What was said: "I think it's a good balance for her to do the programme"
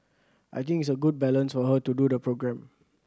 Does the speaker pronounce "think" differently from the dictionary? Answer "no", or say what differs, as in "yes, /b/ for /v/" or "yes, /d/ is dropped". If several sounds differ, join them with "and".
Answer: yes, /t/ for /θ/